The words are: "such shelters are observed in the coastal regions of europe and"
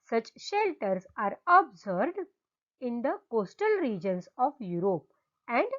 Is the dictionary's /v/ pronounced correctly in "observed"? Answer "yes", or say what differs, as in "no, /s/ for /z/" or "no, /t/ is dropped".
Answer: no, /b/ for /v/